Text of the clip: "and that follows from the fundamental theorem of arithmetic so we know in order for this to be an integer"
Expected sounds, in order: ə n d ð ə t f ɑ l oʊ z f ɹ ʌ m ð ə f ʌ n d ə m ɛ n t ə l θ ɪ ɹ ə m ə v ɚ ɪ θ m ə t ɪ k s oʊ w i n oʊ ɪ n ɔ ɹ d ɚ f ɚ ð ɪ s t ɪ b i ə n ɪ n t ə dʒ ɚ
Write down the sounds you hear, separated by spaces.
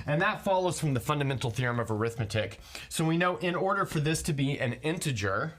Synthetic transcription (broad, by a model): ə n ð ə t f ɑ l oʊ z f ɹ ʌ m ð ə f ʌ n d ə m ɛ n t l θ ɪ ɹ ə m ə v ɚ ɪ θ m ə t ɪ k s oʊ w i n oʊ ɪ n ɔ ɹ d ɚ f ɚ ð ɪ s t ɪ b i ə n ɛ n t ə dʒ ɚ